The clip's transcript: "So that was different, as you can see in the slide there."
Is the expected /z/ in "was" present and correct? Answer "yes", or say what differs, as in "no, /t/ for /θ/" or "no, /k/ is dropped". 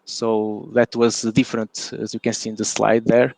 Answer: yes